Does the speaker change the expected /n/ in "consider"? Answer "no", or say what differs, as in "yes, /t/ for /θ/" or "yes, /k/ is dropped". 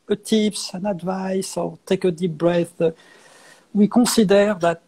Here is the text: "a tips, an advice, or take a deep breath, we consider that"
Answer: yes, /n/ is dropped